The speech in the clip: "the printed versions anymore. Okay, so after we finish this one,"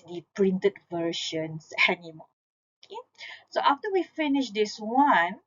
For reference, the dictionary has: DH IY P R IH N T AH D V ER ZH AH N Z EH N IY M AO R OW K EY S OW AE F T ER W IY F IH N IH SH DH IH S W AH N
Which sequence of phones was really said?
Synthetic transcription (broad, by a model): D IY P R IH N T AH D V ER SH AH N S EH N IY M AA OW K EY S OW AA F T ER W IY F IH N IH SH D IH S W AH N